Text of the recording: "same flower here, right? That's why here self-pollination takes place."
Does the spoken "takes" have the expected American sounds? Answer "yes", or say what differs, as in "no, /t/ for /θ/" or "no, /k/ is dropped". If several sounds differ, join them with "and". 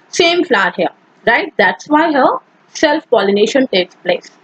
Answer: yes